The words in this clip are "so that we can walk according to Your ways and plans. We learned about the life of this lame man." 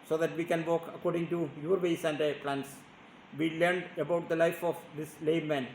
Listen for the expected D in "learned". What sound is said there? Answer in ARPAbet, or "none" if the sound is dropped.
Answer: D